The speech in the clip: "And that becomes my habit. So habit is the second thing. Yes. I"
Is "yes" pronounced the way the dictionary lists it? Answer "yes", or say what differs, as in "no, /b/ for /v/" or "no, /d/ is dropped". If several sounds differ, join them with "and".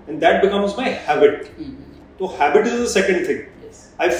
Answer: no, /s/ is dropped